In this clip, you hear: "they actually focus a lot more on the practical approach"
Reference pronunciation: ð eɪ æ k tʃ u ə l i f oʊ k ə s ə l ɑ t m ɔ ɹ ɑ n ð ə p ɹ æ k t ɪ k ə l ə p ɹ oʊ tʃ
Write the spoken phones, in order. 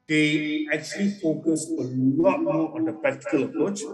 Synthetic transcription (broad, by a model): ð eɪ æ k tʃ u ə l i f oʊ k ə s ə l ɑ t m ɔ ɹ ɑ n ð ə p æ t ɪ k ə l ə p ɹ oʊ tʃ